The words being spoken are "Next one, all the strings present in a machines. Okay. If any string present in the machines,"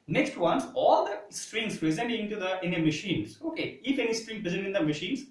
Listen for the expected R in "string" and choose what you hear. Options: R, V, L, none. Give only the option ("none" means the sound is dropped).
R